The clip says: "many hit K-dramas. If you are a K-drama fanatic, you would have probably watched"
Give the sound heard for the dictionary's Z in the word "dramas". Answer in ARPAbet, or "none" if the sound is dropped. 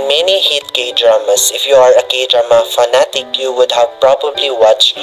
S